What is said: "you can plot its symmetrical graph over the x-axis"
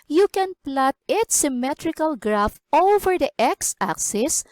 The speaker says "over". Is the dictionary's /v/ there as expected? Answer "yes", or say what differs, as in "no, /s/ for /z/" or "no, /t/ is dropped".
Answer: no, /f/ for /v/